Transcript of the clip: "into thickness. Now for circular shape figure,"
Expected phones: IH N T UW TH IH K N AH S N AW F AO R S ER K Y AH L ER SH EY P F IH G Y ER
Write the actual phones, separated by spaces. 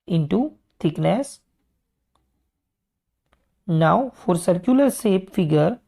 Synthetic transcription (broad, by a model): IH N T UW T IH K N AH S N AW F AO R S ER K Y AH L ER S EY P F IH G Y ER